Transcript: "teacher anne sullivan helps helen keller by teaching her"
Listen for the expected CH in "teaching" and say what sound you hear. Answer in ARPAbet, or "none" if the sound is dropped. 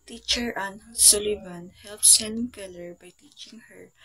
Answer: CH